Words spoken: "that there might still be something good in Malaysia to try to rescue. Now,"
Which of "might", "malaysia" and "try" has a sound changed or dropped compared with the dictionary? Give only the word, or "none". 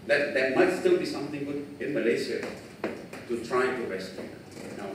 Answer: malaysia